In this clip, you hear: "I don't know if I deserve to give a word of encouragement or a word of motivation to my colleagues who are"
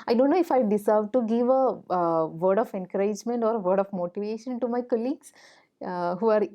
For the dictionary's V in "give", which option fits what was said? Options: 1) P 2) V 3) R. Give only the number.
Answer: 2